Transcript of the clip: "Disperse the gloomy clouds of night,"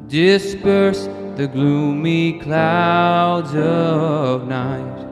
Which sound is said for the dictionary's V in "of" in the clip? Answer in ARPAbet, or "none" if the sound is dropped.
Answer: V